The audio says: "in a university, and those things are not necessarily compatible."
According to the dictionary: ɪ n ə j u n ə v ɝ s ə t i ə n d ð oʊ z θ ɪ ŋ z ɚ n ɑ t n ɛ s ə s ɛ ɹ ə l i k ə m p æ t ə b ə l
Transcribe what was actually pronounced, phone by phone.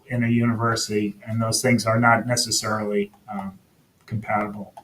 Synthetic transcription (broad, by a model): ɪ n ə j u n ə v ɝ s ə t i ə n ð oʊ z θ ɪ ŋ z ɚ n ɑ t n ɛ s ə s ɛ ɹ l i k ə m p æ t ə b l